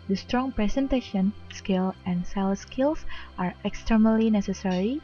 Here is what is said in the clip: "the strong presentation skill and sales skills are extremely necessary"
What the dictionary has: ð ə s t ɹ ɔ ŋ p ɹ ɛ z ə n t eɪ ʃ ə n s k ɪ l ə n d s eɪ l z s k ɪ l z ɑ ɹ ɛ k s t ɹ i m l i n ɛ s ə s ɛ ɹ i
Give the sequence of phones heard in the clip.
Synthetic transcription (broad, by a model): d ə s t ɹ ɔ ŋ p ɹ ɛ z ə n t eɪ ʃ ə n s k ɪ l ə n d s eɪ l s k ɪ l s ɑ ɹ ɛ k s t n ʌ l i n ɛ s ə s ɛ ɹ i